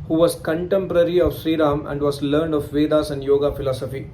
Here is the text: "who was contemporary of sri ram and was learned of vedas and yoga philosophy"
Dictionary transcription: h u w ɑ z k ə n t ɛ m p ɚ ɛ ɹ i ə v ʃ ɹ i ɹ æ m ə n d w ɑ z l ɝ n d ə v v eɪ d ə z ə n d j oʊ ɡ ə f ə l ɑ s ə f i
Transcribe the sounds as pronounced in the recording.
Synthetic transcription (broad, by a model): h u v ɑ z k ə n t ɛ m p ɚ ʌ ɹ i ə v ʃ ɹ i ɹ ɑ m ə n d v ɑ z l ɝ n d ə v v eɪ d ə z ə n d j oʊ ɡ ə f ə l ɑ s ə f i